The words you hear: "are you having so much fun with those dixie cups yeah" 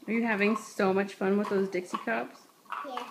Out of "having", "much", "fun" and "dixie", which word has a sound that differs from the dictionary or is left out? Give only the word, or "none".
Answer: none